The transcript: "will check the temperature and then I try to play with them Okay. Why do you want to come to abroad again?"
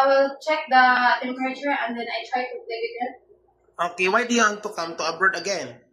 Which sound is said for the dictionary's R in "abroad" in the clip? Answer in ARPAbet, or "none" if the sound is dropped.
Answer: none